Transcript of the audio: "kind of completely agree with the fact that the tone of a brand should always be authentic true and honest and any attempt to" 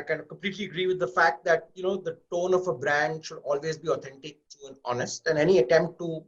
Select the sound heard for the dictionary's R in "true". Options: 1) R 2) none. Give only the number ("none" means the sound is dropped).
2